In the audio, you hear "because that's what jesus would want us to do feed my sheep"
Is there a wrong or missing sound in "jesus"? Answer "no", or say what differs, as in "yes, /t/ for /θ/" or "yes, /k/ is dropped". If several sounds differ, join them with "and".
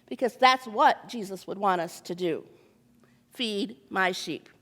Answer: no